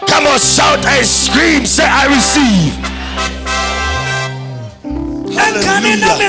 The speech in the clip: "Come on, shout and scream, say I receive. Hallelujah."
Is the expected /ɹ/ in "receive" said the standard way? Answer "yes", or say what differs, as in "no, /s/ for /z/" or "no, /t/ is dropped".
yes